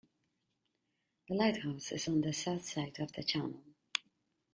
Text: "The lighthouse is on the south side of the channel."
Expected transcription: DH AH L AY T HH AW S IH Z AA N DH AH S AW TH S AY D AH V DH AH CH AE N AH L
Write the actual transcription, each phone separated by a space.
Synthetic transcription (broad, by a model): DH AH L AY T HH AW S IH Z N DH AH S AW TH S AY D AH V DH AH CH AE N AH L